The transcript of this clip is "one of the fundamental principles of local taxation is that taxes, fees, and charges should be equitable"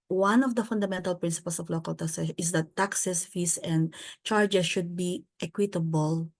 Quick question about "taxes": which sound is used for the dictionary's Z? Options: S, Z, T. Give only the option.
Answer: S